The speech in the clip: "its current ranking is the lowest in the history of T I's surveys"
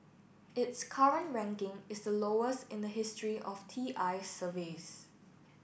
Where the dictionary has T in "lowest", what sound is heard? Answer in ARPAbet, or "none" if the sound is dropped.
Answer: T